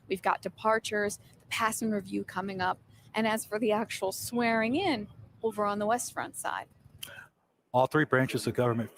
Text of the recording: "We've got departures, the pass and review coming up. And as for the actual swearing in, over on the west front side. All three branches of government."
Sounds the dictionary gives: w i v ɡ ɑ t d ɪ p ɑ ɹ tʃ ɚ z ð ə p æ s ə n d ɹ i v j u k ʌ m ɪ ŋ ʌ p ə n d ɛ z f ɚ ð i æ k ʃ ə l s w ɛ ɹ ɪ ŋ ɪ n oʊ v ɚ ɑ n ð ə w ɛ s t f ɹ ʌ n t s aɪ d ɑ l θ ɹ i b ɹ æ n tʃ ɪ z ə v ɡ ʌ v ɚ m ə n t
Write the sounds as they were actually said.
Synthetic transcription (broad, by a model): w i v ɡ ɑ t d ɪ p ɑ ɹ tʃ ɚ z ð ə p æ s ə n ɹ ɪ v j u k ʌ m ɪ ŋ ʌ p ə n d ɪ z f ɚ ð i æ k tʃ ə l s w ɛ ɹ ɪ ŋ ɪ n oʊ v ɚ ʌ n ð ə w ɛ s t f ɹ ʌ n t s aɪ d ɑ l θ ɹ i b ɹ æ n tʃ ɪ z ə v ɡ ʌ v ɚ m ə n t